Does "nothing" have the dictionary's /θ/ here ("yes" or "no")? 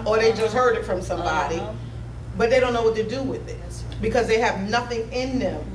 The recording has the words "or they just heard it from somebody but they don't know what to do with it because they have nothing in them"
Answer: yes